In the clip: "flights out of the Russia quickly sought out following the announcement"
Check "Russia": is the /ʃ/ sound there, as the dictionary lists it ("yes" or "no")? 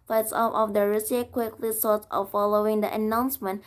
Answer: no